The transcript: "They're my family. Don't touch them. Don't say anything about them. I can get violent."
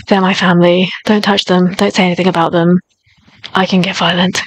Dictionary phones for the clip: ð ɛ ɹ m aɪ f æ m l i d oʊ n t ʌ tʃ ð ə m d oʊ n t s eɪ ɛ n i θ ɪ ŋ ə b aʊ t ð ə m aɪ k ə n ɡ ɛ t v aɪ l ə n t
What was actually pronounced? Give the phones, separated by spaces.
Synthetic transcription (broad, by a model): ð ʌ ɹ m aɪ f æ m l i d oʊ n t ʌ tʃ ð ə m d oʊ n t s eɪ ɛ n i θ ɪ ŋ ə b aʊ t ð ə m aɪ k ə n ɡ ɛ t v aɪ l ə n t